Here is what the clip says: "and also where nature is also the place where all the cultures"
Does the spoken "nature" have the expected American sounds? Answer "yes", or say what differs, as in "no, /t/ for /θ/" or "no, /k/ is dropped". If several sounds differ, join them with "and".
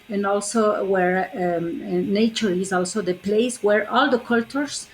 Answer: yes